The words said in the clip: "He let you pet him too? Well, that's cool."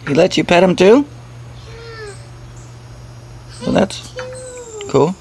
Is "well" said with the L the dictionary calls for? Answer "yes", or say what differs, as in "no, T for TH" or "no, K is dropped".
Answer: no, N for L